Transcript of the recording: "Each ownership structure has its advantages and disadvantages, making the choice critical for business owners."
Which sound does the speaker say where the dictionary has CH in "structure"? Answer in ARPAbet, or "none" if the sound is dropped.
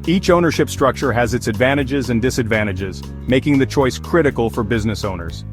CH